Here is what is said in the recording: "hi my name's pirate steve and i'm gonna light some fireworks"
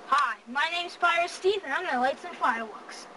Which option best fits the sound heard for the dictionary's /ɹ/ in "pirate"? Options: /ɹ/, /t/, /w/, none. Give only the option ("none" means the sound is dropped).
none